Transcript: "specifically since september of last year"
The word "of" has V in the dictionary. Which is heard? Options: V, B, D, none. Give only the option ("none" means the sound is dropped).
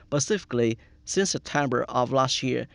V